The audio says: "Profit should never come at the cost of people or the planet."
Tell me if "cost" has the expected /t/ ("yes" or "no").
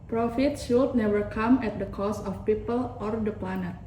no